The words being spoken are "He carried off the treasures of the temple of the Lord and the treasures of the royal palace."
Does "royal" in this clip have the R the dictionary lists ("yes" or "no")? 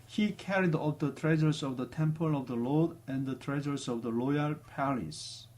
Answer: no